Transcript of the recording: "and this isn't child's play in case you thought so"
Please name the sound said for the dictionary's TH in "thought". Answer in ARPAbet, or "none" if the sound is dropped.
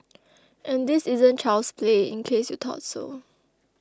T